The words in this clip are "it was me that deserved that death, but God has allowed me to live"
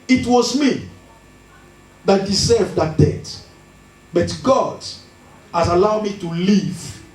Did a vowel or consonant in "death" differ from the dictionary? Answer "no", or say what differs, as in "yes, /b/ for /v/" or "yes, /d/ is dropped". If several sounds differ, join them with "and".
yes, /t/ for /θ/